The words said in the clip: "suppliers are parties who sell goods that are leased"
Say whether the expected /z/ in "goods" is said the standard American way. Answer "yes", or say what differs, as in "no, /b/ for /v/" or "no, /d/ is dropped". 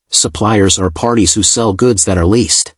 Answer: yes